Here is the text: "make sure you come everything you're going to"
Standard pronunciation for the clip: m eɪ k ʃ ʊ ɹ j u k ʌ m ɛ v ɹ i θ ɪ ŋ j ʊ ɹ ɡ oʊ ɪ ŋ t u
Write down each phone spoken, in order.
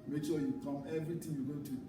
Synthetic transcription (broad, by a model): m eɪ k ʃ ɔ j u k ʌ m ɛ v ɹ i t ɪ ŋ j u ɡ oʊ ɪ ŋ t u